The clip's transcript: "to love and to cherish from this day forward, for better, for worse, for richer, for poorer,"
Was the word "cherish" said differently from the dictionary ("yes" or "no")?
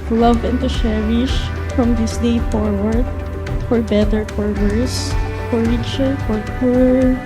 yes